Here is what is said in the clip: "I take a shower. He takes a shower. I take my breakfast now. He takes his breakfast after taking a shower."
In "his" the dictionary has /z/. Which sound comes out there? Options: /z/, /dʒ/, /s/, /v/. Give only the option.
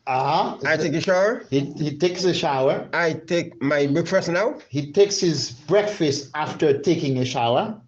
/z/